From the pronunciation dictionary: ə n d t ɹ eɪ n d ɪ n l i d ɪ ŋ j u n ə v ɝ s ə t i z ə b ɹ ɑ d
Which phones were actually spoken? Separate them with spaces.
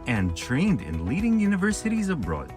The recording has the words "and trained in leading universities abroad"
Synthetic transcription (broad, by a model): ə n t ɹ eɪ n d ɪ n l i d ɪ ŋ j u n ə v ɝ s ə t i z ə b ɹ ɑ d